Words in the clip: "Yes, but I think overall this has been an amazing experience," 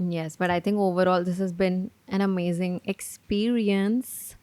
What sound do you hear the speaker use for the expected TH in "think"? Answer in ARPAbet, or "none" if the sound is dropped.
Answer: T